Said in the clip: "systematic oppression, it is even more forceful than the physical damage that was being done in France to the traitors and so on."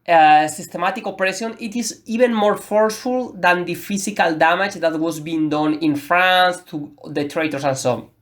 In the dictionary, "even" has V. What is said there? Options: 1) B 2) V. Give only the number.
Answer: 1